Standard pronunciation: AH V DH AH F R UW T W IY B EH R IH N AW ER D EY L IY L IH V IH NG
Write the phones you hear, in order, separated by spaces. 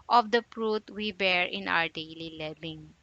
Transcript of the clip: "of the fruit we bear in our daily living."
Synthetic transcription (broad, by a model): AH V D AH P R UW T W IY B EH R IH N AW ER D EY L IY L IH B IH NG